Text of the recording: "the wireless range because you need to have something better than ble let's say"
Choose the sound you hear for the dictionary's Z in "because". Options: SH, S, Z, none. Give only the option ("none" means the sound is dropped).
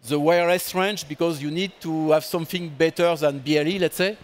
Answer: Z